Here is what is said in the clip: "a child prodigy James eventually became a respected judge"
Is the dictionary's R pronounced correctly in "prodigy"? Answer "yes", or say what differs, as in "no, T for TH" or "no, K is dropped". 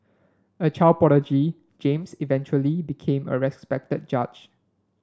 no, R is dropped